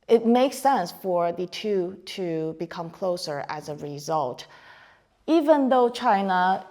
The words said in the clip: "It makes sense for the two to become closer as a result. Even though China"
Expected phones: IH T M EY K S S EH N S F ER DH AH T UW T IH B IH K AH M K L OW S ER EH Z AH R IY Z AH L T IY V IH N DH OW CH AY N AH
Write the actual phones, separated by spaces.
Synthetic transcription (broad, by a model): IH T M EY K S S EH N S F ER DH AH T UW T IH B IH K AH M K L OW S ER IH Z AH R IY Z AH L T IY V IH N DH OW CH AY N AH